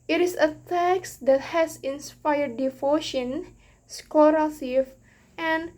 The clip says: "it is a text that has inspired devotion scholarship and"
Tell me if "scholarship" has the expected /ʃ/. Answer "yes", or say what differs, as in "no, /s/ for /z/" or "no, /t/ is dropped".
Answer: no, /s/ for /ʃ/